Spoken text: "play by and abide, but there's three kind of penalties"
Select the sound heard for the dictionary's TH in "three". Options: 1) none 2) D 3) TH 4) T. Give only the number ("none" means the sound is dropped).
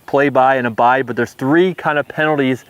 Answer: 3